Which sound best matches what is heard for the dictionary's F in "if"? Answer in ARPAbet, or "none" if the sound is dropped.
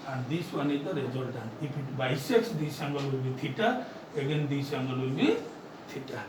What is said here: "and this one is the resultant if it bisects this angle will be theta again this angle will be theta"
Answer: P